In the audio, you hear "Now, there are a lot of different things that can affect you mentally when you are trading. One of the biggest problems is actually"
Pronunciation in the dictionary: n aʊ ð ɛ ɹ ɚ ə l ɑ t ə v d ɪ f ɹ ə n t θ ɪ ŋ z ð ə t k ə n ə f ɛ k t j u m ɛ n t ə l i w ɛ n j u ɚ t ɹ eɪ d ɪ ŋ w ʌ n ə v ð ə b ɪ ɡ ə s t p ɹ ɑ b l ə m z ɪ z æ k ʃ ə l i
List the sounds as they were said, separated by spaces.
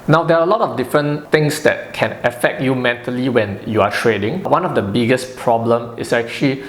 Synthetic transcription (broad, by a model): n aʊ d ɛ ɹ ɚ ə l ɑ t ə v d ɪ f ɹ ə n t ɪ ŋ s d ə t k ə n ə f ɛ k t j u m ɛ n t ə l i w ɛ n j u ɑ t ɹ eɪ d ɪ ŋ w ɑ n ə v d ə b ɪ ɡ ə s p ɹ ɑ b l ə m ɪ s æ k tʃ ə l i